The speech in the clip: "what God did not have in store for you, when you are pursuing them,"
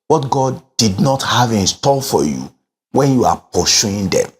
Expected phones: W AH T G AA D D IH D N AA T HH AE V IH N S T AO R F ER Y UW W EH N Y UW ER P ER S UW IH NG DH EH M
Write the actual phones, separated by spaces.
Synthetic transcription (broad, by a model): W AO T G AA D D IH D N AA T HH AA V IH N S T AO L F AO Y UW W EH N Y UW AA P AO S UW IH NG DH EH M